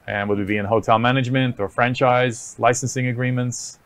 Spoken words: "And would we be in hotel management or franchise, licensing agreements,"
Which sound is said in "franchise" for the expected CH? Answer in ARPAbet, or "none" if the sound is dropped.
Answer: CH